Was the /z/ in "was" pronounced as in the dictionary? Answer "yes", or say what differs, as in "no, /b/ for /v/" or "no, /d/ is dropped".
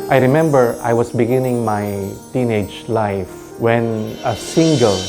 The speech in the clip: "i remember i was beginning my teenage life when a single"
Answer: no, /s/ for /z/